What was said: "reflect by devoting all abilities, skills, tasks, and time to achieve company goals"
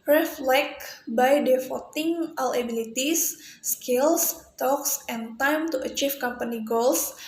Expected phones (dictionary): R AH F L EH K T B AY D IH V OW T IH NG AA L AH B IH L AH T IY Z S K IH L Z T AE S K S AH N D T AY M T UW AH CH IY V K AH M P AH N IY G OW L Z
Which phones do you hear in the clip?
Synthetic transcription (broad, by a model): R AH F L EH K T B AY D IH F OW T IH NG AA L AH B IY L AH T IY S K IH L S T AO K S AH N T AY M T UW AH CH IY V K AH M P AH N IY G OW L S